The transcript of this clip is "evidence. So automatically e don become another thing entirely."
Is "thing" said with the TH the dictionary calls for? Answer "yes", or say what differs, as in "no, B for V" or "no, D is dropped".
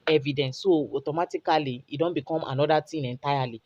no, T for TH